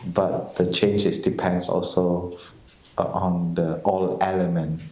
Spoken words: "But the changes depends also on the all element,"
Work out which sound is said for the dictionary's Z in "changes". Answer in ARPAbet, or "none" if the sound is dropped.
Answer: S